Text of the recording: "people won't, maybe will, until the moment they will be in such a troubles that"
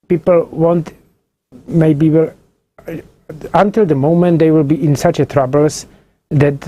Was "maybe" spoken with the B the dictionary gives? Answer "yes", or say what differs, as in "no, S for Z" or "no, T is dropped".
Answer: yes